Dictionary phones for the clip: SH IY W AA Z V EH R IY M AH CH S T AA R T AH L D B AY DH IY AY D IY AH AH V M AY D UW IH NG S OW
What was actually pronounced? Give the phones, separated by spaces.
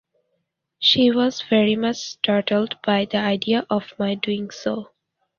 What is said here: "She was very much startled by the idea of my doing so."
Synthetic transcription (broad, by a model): SH IY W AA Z V EH R IY M AH CH S T AA R T AH L D B AY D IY AY D IY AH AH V M AY D UW IH NG S OW